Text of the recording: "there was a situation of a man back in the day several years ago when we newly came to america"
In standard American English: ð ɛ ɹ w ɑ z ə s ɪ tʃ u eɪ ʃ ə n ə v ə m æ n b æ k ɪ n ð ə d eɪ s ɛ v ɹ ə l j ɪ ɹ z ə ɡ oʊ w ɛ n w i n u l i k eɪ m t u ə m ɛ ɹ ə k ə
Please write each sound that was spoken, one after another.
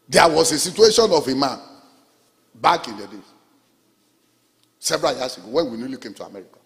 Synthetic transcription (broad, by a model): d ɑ w ɑ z ə s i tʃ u eɪ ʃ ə n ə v ə m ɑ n b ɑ k ɪ n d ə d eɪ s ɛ b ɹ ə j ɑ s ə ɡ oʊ w ɛ n w i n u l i k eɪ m t u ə m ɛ ɹ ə k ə